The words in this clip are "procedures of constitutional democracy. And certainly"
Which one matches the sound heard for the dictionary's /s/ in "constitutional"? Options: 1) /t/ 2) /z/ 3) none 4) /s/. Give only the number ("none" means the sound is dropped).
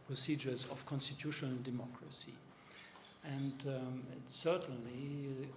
4